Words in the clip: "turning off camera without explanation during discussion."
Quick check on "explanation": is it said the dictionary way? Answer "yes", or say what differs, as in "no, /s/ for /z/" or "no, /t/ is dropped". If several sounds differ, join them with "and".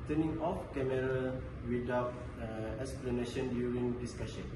yes